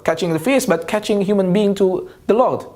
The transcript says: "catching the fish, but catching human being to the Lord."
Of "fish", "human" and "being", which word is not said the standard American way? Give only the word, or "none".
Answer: fish